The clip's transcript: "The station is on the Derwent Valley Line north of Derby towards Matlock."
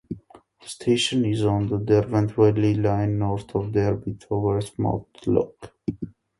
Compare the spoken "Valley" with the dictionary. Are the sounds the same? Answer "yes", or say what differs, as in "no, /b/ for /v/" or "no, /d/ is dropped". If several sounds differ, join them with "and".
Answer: no, /w/ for /v/